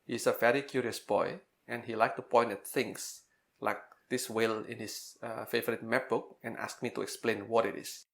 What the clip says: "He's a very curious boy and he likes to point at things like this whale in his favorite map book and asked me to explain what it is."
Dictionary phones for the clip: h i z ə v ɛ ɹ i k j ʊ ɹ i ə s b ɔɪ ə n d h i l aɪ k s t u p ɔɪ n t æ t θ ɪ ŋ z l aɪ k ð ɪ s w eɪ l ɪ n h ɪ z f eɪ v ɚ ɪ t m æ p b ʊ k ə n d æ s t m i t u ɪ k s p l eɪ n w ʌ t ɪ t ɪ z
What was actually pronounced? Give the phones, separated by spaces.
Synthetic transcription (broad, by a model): h i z ə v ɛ ɹ i k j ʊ ɹ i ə s b ɔɪ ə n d h i l aɪ k t u p ɔɪ n t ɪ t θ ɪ ŋ s l aɪ k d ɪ s w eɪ l ɪ n h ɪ s f eɪ v ɚ ɪ t m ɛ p b ʊ k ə n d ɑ s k m i t u ɪ k s p l eɪ n w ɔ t ɪ t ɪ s